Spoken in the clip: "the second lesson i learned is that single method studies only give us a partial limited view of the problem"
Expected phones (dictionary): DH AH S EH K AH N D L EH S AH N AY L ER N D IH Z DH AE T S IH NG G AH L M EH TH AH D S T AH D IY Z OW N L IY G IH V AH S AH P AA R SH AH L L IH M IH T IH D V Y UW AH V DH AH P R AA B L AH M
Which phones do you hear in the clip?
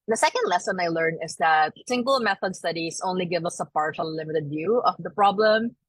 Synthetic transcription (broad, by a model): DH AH S EH K AH N D L EH S AH N AY L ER N IH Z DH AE T S IH NG G AH L M EH TH AH D S T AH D IY S OW N L IY G IH V AH S AH P AA R SH AH L L IH M IH T IH D V Y UW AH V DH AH P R AA B L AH M